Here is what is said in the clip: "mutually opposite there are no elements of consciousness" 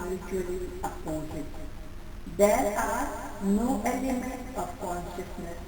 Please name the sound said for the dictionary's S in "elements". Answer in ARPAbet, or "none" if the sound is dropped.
none